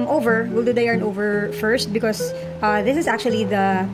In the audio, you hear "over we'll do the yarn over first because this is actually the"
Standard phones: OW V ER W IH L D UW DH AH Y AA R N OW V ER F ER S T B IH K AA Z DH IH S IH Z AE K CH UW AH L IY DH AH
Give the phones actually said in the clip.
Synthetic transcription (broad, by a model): OW V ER W IH L D UW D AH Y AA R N OW V ER F ER S T B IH K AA S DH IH S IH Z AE K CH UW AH L IY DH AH